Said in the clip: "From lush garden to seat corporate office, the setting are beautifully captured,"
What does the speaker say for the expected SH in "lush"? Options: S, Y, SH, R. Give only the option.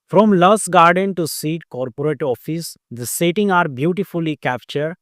S